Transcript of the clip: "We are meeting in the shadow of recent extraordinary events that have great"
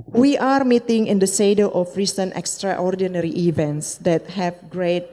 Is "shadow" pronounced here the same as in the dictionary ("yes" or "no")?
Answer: no